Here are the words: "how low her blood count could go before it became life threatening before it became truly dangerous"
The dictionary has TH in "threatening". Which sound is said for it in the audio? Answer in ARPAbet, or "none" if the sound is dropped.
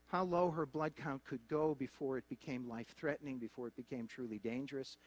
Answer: TH